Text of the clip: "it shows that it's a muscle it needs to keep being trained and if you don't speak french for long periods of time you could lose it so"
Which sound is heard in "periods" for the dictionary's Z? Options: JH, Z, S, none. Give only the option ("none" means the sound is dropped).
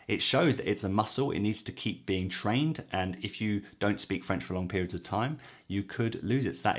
Z